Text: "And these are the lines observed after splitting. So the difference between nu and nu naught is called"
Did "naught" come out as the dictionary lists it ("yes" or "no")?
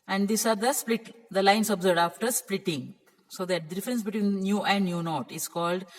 yes